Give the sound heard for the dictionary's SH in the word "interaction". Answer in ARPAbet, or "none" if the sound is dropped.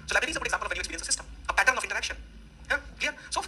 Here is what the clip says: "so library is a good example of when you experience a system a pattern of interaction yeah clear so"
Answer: SH